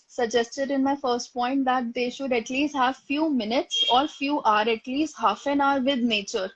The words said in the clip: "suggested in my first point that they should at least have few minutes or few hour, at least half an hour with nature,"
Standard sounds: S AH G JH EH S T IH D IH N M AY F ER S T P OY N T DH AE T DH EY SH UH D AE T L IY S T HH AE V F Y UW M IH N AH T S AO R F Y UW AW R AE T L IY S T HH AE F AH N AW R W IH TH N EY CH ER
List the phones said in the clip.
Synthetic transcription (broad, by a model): S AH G JH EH S T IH D IH N M AY F ER S T P OY N T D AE T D EY SH UH D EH T L IY S T HH AE V F Y UW M IH N AH T S AO R F Y UW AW R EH T L IY S T HH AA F AH N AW R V IH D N EY CH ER